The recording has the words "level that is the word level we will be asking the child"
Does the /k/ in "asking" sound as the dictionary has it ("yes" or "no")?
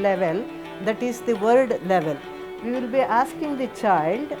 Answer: yes